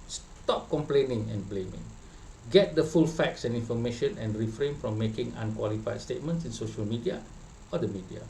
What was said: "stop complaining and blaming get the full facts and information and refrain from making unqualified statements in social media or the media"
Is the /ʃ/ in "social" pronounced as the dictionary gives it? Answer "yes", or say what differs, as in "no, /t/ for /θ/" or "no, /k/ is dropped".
yes